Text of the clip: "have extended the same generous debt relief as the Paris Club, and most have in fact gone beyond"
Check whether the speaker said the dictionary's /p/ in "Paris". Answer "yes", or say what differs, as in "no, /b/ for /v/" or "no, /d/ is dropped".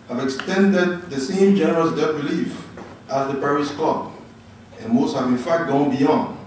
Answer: yes